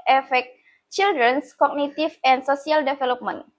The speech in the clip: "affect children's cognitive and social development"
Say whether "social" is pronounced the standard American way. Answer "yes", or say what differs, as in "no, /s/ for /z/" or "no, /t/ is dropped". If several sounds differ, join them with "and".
no, /s/ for /ʃ/